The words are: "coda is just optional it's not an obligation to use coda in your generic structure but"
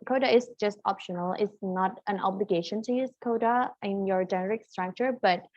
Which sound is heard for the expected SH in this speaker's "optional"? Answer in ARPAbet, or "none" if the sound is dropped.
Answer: SH